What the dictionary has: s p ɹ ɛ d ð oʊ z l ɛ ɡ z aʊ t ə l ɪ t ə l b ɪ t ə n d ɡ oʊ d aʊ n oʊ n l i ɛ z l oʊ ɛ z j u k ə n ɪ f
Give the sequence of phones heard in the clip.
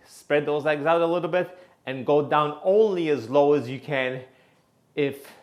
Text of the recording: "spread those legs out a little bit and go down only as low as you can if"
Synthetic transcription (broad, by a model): s p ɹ ɛ d ð oʊ z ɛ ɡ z aʊ t ə l ɪ t l b ɪ t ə n ɡ oʊ d aʊ n oʊ n l i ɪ z l oʊ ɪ z j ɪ k ə n ɪ f